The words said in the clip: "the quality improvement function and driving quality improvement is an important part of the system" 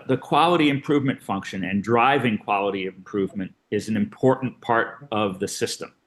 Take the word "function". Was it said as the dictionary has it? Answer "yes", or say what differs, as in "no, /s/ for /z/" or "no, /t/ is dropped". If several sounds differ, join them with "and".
yes